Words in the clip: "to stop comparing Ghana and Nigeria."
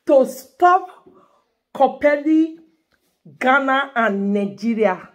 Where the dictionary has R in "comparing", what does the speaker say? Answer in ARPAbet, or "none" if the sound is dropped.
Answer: L